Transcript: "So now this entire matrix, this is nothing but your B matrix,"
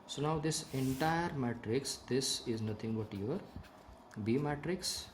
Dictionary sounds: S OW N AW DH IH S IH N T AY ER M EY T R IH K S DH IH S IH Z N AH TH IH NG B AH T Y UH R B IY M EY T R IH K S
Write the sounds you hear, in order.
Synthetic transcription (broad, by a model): S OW N AW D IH S IH N T AY ER M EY T R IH K S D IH S IH Z N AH T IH NG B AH T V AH R B IY M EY T R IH K S